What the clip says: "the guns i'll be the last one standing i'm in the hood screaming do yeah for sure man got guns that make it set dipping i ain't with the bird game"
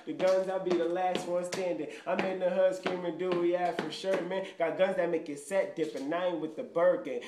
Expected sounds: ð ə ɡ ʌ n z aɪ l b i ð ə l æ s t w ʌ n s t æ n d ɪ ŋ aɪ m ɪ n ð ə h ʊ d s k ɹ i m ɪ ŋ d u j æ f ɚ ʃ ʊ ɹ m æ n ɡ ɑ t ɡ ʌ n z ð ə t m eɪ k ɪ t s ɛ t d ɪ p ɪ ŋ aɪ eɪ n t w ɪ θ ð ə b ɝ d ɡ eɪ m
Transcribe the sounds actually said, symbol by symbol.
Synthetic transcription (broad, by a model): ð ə ɡ ʌ n z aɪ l b i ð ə l æ s t w ʌ n s t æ n d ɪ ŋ aɪ m ɪ n ð ə h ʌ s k i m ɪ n d u j æ f ɚ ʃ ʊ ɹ m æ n ɡ ɑ t ɡ ʌ n z ð ə t m eɪ k ɪ t s ɛ t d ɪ p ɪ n aɪ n w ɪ ð ə b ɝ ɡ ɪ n